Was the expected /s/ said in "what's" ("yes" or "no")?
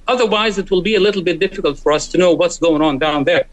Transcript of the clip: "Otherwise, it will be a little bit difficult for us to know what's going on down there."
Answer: yes